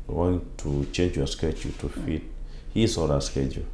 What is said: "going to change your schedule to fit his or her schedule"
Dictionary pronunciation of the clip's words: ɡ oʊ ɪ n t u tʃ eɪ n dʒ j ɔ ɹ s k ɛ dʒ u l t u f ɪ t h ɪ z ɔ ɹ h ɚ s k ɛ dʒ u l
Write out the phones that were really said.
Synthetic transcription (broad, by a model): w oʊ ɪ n t u tʃ eɪ n dʒ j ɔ s k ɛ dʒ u t u f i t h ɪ s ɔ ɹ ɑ s k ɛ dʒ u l